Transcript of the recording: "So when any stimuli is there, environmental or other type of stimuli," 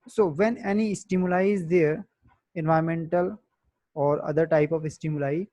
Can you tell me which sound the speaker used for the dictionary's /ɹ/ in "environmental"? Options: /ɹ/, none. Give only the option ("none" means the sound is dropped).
none